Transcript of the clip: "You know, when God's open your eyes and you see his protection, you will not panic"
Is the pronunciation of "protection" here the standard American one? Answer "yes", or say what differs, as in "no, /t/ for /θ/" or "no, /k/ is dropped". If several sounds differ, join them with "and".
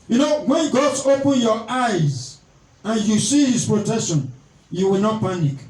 yes